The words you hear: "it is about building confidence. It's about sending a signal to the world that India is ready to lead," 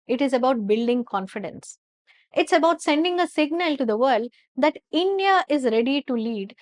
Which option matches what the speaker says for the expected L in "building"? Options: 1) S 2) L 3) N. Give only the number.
2